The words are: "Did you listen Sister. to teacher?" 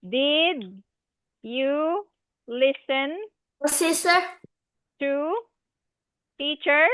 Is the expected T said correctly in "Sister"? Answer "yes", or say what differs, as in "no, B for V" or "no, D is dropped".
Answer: no, S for T